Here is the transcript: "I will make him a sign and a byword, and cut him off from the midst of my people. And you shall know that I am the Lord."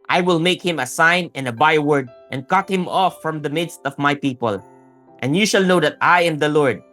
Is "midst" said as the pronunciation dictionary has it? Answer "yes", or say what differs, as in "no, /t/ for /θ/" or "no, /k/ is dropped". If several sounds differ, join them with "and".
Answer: yes